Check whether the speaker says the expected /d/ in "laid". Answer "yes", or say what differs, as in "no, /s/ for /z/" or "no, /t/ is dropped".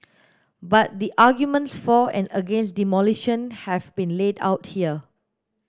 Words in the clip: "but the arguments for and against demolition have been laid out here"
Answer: yes